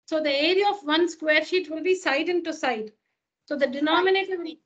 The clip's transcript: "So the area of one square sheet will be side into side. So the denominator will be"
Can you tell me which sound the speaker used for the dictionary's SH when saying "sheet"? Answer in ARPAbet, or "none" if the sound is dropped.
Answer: SH